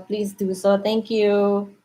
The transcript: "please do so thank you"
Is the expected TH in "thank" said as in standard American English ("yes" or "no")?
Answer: no